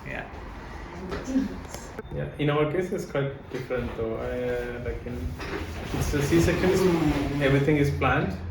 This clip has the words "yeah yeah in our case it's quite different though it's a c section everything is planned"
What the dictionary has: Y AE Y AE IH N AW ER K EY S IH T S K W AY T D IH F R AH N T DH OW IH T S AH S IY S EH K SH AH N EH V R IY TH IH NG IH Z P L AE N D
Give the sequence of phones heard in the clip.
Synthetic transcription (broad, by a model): Y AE Y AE IH N AW ER K EY S IH T S K W AY T D IH F R AH N T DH OW IH T S AH S IY S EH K AH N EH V R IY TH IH NG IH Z P L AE N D